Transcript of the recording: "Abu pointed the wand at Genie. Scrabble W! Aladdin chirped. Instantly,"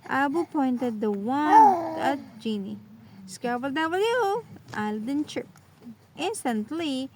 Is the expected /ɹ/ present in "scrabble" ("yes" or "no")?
no